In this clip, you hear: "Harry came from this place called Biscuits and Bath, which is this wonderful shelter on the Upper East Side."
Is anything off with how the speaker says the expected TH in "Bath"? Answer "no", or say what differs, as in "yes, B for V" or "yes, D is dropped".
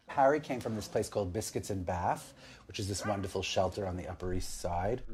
no